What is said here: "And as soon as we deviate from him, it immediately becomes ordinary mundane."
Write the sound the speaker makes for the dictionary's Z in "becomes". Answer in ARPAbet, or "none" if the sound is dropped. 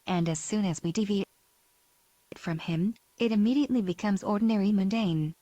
Z